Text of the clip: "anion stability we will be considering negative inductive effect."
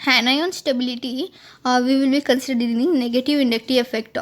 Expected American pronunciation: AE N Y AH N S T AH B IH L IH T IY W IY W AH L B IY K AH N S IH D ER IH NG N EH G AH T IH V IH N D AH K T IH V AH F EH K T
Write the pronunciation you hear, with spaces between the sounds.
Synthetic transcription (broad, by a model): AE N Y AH N S T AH B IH L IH T IY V IY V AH L B IY K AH N S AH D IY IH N N EH G AH T IH V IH N D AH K T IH AH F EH K T